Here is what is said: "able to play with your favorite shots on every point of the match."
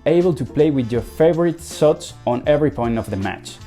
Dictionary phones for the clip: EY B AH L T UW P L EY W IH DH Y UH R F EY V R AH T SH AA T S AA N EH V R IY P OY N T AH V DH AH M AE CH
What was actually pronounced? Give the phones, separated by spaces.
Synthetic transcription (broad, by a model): EY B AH L T UW P L EY W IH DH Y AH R F EY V R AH T S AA T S AA N EH V R IY P OY N T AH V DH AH M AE CH